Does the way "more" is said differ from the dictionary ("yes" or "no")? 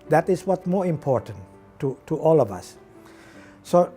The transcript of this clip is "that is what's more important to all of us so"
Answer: no